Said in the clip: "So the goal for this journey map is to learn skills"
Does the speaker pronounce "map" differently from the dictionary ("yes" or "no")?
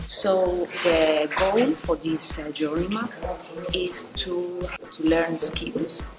yes